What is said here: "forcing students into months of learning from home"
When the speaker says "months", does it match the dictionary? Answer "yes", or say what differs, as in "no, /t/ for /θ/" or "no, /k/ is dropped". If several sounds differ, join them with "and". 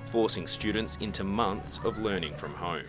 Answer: yes